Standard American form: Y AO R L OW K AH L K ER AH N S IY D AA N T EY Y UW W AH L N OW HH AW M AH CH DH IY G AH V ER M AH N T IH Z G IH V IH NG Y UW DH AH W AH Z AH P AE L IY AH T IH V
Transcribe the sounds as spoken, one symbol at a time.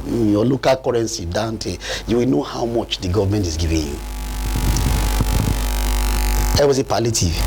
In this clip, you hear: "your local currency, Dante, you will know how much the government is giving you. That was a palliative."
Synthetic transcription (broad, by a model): Y AO L OW K AH L K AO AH N S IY D AA N T EY Y UW W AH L N OW HH AW M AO CH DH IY G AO V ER M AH N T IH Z G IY V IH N Y UW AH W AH S AH P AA L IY T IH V